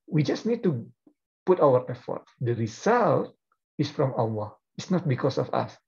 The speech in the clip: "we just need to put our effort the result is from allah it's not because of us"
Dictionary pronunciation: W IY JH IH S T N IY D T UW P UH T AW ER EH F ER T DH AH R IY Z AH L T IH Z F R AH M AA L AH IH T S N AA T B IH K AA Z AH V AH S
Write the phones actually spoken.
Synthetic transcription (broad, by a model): W IY JH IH S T N IY D T UW P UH T AW ER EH F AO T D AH R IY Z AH L T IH S F R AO M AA W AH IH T S N AA T B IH K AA S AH F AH S